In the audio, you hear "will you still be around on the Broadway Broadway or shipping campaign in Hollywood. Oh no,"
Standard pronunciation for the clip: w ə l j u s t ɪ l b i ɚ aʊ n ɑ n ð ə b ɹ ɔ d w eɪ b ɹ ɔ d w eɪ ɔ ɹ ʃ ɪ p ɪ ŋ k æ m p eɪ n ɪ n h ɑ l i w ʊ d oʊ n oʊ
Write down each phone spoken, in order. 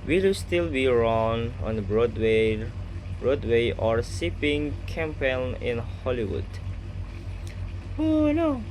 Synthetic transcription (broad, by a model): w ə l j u s t ɪ l b i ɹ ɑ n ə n ɹ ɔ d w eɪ b ɹ ɔ d w eɪ ɔ ɹ s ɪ p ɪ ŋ k æ m p eɪ n ɪ n h ɑ l i w ʊ d oʊ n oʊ